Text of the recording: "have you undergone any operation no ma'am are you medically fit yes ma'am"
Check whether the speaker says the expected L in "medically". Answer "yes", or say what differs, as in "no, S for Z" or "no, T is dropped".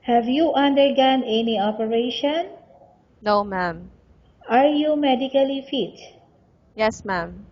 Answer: yes